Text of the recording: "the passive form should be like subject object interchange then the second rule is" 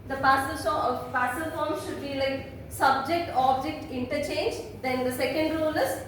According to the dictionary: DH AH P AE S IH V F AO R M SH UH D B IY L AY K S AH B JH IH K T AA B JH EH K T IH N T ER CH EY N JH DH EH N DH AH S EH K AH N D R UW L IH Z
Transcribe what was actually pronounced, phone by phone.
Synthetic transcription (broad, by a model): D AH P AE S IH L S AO L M SH UH D B IY L AY K S AH B JH IH K T AA B JH EH K T IH N T ER CH EY N JH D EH N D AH S EH K AH N D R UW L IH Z